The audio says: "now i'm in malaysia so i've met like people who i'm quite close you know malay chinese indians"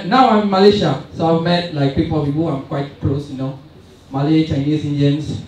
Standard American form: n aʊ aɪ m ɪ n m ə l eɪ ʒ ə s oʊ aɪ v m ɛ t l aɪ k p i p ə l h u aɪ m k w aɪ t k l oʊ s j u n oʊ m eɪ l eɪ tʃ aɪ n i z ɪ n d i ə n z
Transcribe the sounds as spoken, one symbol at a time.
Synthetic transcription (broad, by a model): n aʊ aɪ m m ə l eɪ ʃ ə s oʊ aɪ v m ɛ t l aɪ k p i p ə w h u aɪ m k w aɪ t k l oʊ s j u n oʊ m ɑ l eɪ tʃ aɪ n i s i n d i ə n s